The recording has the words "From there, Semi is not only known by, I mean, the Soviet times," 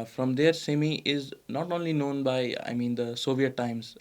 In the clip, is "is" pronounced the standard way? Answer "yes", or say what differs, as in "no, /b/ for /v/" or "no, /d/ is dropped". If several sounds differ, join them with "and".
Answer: yes